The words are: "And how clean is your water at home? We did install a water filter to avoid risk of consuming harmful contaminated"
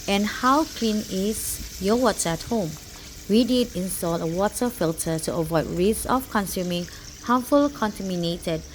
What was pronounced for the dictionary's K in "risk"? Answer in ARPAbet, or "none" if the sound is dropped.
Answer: none